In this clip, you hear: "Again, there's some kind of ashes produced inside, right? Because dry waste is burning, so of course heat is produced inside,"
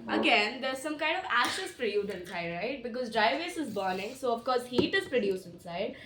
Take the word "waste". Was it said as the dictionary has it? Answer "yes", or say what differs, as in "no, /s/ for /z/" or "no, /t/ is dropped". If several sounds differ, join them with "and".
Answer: no, /t/ is dropped